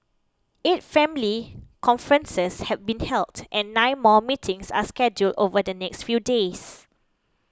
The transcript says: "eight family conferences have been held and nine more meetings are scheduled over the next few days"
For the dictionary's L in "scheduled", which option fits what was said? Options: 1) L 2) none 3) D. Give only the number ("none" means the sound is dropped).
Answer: 1